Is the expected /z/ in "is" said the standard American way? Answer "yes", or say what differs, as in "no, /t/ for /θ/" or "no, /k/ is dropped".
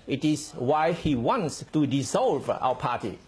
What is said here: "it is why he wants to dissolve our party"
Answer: no, /s/ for /z/